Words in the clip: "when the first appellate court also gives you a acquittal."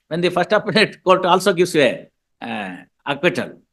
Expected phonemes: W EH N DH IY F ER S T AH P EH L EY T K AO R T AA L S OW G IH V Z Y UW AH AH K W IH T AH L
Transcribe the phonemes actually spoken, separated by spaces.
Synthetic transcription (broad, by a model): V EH N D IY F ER S T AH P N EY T K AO L T AA L S OW G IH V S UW AH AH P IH T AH L